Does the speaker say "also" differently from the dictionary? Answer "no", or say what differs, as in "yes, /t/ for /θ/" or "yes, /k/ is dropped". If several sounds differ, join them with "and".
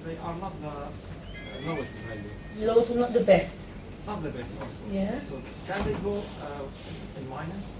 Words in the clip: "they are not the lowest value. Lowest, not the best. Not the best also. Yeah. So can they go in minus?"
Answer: yes, /l/ is dropped